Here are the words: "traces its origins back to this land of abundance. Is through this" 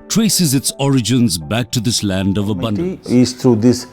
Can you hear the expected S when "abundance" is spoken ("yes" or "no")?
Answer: no